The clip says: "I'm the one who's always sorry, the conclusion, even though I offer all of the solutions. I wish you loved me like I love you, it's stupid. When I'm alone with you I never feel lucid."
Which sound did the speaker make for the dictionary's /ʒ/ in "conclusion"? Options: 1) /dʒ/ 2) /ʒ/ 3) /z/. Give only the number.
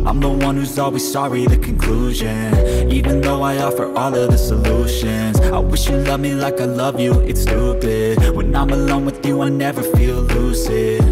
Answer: 2